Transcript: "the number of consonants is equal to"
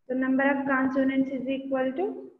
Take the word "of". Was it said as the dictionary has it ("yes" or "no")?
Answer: no